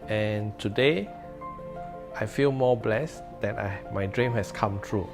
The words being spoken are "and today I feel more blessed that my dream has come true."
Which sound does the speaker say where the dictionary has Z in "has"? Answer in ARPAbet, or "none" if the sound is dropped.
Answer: S